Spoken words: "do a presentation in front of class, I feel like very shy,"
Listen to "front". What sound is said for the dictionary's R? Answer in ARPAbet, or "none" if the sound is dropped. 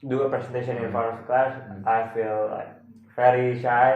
none